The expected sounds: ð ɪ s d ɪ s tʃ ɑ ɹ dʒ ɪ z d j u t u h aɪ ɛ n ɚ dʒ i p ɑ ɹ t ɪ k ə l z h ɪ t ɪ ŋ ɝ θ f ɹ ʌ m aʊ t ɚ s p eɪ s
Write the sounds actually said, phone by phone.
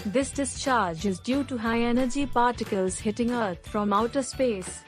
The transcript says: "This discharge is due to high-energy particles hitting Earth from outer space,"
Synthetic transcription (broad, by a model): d ɪ s d ɪ s tʃ ɑ ɹ dʒ ɪ z d j u t u h aɪ ɛ n ɚ dʒ i p ɑ ɹ t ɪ k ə l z h ɪ t ɪ ŋ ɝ t f ɹ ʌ m aʊ t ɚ s p eɪ s